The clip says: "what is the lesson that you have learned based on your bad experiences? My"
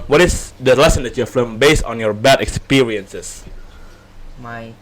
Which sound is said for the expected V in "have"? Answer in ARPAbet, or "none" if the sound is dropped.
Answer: F